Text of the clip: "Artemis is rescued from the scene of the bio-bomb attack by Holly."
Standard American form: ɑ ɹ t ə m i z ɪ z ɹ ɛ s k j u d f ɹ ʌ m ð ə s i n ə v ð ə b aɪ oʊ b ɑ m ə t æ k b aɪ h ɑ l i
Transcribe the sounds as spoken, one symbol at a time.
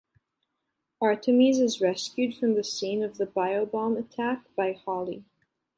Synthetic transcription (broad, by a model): ɑ ɹ t ə m i z ɪ z ɹ ɛ s k j u d f ɹ ʌ m ð ə s i n ə v ð ə b aɪ oʊ b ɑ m ə t æ k b aɪ h ɑ l i